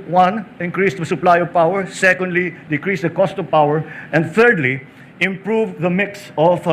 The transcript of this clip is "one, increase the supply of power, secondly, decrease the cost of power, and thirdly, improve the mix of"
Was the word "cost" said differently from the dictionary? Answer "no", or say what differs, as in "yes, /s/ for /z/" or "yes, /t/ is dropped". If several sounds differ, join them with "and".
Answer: no